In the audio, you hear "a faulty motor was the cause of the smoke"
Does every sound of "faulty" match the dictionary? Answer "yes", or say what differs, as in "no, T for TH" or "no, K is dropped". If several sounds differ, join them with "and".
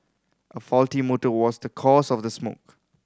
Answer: yes